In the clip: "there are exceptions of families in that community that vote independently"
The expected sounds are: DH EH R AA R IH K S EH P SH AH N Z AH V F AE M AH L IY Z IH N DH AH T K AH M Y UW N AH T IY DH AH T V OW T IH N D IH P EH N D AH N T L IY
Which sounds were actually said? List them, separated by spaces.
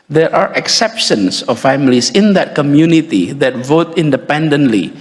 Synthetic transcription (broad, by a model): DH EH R AA R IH K S EH P SH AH N S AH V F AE M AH L IY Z IH N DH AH T K AH M Y UW N AH T IY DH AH T V OW T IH N D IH P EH N D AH N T L IY